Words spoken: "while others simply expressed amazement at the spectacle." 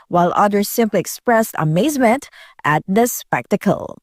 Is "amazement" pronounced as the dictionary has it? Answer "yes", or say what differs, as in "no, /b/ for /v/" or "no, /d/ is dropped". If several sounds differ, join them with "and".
yes